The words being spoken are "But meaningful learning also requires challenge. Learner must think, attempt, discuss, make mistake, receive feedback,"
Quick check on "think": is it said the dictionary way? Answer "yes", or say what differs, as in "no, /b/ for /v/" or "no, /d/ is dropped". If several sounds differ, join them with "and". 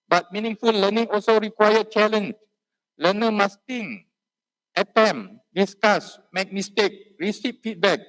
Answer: no, /k/ is dropped